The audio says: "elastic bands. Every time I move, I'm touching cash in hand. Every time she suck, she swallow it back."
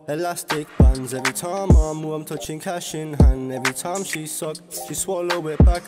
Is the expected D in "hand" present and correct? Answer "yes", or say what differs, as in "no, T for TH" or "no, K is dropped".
no, D is dropped